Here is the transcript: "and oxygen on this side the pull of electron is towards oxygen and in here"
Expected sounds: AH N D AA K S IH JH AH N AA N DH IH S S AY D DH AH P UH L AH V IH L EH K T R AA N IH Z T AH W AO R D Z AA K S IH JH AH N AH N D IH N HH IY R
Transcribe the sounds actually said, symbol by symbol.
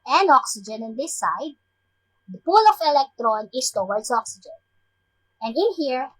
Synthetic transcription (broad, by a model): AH N AA K S IH JH AH N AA N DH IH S S AY D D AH P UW L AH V IH L EH K T R AA N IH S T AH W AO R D S AA K S IH JH AH N AH N D IH N HH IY R